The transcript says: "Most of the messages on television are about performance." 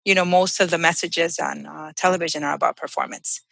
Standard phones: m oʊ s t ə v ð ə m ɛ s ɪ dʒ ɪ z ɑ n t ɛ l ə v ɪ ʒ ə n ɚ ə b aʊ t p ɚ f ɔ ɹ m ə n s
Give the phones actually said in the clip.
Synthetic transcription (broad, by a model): m oʊ s t ə v ð ə m ɛ s ɪ dʒ ɪ z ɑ n t ɛ l ə v ɪ ʒ ə n ɚ ə b aʊ t p ɚ f ɔ ɹ m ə n s